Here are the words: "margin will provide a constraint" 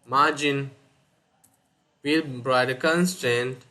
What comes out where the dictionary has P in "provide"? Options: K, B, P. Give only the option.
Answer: B